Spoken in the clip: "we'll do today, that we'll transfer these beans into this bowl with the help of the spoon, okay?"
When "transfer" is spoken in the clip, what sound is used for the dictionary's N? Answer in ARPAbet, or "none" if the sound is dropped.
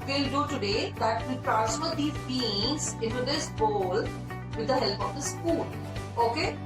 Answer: none